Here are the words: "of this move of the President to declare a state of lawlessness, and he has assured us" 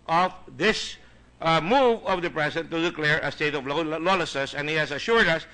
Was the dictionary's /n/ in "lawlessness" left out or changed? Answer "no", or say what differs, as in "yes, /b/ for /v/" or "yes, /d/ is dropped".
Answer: yes, /n/ is dropped